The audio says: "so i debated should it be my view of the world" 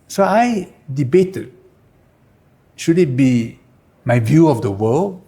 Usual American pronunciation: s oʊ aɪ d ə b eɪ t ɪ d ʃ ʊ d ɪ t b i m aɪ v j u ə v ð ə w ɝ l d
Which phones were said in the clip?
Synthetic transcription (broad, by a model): s oʊ aɪ d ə b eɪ t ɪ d ʃ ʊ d ɪ t b i m aɪ v j u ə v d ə w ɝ l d